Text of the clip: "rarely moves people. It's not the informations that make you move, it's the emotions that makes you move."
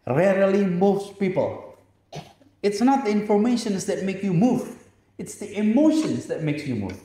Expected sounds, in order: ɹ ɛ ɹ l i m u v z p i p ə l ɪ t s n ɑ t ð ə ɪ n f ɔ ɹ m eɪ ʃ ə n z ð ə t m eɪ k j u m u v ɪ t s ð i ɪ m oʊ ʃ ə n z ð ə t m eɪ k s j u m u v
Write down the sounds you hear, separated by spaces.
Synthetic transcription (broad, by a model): ɹ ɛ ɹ l i m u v s p i p ə l ɪ t s n ɑ t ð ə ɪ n f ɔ ɹ m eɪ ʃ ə n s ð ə t m eɪ k j u m u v ɪ t s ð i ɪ m oʊ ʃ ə n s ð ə t m eɪ k s j u m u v